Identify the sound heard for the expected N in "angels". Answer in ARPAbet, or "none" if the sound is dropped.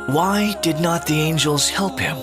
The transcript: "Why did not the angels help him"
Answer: N